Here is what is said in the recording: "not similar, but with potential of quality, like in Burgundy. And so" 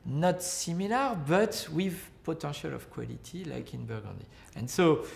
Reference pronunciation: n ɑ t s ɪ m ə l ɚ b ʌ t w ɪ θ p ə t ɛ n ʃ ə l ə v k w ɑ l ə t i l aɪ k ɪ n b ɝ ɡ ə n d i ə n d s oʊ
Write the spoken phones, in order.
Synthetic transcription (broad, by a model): n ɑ t s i m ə l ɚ b ʌ t w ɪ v p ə t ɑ ʃ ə l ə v k w ɑ l ə t i l aɪ k ɪ n b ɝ ɡ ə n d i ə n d s oʊ